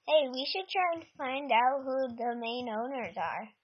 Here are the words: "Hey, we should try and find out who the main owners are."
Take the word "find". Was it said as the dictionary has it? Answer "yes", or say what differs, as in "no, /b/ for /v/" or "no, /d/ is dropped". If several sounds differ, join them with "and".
yes